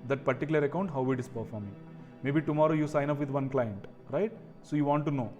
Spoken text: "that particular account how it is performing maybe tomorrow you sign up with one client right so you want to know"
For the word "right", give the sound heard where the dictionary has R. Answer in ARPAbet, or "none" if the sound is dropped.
R